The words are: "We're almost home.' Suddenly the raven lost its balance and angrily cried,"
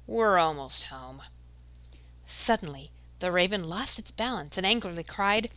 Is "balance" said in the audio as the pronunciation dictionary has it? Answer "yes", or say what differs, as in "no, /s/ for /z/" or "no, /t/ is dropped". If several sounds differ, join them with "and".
yes